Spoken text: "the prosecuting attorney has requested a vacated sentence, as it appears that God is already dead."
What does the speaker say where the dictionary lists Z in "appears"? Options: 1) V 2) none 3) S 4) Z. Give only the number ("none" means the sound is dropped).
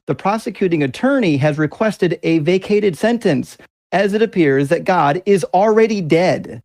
4